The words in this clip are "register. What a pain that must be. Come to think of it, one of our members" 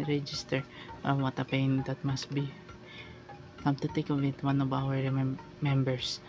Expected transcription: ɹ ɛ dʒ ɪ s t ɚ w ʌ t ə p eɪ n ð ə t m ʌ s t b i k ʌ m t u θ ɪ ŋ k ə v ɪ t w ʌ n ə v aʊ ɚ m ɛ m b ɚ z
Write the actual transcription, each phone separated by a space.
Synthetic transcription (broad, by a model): ɹ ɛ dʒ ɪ s t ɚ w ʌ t ə p eɪ n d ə t m ʌ s t b i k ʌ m t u t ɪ k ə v ɪ t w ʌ n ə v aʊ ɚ m ɛ m b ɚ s